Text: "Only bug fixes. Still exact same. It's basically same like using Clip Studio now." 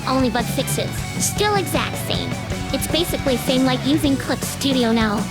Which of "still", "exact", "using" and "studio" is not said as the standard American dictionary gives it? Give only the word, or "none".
none